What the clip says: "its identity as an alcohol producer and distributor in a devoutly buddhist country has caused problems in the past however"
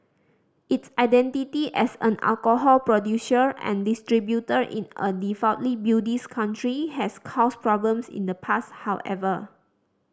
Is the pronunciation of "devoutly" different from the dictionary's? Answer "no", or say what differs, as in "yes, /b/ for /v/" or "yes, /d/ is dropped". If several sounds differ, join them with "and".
yes, /f/ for /v/